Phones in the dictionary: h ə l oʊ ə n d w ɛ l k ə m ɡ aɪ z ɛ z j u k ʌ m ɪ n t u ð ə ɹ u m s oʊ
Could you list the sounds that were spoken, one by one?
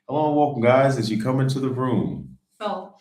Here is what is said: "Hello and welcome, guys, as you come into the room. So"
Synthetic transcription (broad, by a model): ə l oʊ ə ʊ k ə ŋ ɡ aɪ z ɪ z j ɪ k ʌ m ɪ n t u ð ə ɹ u m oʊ